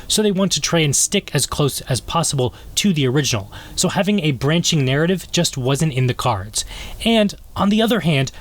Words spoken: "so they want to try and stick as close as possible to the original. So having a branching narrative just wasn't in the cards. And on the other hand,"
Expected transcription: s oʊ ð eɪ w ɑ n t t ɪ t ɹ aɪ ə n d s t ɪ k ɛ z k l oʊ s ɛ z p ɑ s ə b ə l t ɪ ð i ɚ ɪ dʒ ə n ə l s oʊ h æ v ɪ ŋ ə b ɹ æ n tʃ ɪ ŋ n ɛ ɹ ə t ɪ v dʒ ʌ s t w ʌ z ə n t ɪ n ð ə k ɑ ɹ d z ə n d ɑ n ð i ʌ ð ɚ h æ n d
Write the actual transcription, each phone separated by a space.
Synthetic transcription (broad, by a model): s oʊ ð eɪ w ɑ n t t ɪ t ɹ aɪ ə n s t ɪ k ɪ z k l oʊ s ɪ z p ɑ s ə b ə l t ɪ ð i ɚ ɪ dʒ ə n l s oʊ h æ v ɪ ŋ ə b ɹ æ n tʃ ɪ ŋ n ɛ ɹ ə t ɪ v dʒ ʌ s t w ʌ z ə n t ɪ n ð ə k ɑ ɹ d z ə n d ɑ n ð i ʌ ð ɚ h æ n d